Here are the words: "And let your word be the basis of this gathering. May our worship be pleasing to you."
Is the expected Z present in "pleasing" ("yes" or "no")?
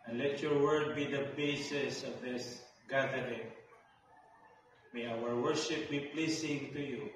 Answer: no